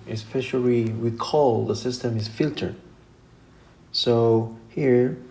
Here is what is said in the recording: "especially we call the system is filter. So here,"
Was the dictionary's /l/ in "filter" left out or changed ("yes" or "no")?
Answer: no